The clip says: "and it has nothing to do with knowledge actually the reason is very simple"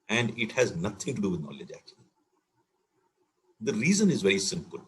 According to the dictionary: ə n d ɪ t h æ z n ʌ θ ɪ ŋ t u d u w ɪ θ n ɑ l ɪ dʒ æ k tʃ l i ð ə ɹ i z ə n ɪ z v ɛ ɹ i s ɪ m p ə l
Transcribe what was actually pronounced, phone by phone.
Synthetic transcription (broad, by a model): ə n d ɪ t h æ z n ʌ t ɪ ŋ t u d u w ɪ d n ɑ l ɪ dʒ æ k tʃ i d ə ɹ i z ə n ɪ z v ɛ ɹ i s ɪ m p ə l